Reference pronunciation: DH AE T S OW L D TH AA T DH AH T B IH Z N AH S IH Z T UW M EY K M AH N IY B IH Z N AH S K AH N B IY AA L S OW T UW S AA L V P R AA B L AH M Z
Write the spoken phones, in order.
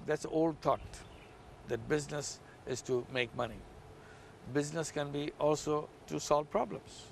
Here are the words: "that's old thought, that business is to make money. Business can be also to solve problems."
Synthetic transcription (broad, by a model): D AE T S OW L D T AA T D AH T B IH Z N AH S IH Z T UW M EY K M AH N IY B IH Z N AH S K AH N B IY AA L S OW T UW S AA L V P R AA B L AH M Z